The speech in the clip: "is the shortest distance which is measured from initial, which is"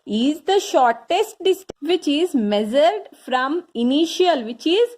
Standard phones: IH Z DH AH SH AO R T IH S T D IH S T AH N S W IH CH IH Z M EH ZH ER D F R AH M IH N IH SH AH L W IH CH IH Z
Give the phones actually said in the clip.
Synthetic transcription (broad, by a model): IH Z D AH SH AO R T IH S T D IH S T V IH CH IH Z M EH Z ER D F R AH M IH N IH SH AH L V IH CH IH Z